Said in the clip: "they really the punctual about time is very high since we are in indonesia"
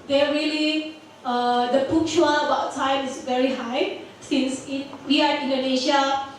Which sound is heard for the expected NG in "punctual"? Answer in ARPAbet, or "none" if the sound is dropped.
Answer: none